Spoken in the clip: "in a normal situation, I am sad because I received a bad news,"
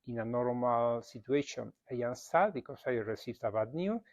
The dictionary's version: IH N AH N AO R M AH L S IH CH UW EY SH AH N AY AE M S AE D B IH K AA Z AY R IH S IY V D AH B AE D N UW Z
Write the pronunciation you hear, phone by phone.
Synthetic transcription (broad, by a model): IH N AH N AO R M AH L S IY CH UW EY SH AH N AY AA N S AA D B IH K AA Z AY R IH S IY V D AH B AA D N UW